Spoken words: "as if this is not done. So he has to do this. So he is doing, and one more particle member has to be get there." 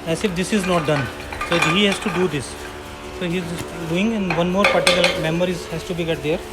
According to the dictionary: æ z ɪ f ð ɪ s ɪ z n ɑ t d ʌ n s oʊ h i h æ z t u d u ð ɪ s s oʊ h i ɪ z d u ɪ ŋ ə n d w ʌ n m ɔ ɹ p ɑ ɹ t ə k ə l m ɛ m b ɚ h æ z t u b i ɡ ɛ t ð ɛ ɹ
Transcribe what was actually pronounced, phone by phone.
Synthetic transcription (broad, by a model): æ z ɪ f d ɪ s ɪ z n ɑ t d ʌ n s oʊ h i h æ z t u d u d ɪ s s oʊ h i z d u ɪ ŋ ə n d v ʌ n m ɔ ɹ p ɑ ɹ t ə k ə l m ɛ m ɚ h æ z t u b i ɡ ɛ t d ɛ ɹ